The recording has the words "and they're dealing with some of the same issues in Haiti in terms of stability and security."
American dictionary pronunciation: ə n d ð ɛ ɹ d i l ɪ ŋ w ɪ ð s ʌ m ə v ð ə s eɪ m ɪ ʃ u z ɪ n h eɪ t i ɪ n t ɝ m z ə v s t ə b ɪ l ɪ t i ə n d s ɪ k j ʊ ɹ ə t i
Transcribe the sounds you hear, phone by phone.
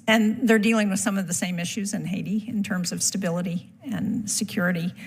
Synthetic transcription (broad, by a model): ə n ð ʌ ɹ d i l ɪ ŋ w ɪ ð s ʌ m ə v ð ə s eɪ m ɪ ʃ u z ɪ n h eɪ t i ɪ n t ɝ m z ə v s t ə b ɪ l ɪ t i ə n s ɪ k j ʊ ɹ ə t i